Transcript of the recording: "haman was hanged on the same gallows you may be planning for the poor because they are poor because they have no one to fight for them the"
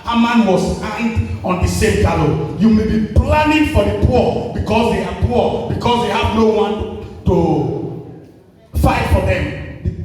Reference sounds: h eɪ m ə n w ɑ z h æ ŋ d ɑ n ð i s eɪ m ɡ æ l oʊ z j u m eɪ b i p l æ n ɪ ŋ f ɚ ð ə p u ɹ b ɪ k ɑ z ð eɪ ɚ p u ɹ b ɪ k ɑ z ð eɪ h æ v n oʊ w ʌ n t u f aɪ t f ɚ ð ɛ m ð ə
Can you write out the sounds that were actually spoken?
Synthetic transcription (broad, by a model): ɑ m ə n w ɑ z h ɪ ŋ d ɑ n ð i s eɪ m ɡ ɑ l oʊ j u m eɪ b i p l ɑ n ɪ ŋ f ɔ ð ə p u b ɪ k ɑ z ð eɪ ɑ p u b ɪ k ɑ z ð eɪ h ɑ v n oʊ w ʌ n t u f aɪ t f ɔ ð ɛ m